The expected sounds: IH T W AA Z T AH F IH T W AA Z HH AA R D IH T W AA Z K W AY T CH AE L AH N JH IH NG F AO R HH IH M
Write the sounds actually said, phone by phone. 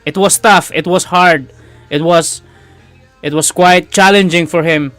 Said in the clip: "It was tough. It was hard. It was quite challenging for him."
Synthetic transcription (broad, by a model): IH T W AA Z T AH F IH T W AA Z HH AA R D IH T W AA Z K W AY T CH AE L AH N JH IH NG F AO R HH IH M